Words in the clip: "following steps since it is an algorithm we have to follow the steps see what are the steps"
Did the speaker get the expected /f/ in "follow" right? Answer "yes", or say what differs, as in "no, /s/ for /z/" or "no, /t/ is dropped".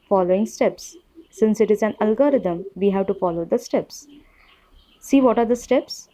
yes